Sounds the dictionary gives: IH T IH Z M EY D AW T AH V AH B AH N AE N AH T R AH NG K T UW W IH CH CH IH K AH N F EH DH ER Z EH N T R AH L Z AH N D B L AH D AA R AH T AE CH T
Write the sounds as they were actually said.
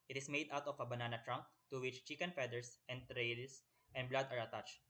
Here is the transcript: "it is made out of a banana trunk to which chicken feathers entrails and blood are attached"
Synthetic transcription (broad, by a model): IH T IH S M EY D AW T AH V AH B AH N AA N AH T R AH NG K T UW W IH CH CH IH K AH N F EH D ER S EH N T R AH L S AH N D B L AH D AA R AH T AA CH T